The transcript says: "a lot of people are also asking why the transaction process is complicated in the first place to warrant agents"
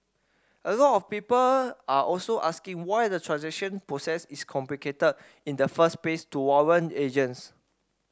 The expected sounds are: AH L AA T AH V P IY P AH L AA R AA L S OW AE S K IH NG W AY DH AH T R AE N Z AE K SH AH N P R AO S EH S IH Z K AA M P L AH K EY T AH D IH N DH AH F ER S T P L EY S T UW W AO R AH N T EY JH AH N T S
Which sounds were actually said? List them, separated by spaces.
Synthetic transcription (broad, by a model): AH L AA T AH F P IY P AH L AA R AA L S OW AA S K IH NG W AY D AH T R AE N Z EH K SH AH N P R AO S EH S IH S K AA M P L AH K EY T AH D IH N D AH F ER S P EY S T UW W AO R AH N EY JH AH N S